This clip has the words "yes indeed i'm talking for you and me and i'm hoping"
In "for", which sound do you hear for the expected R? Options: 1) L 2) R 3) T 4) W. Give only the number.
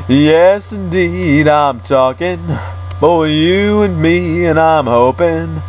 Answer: 4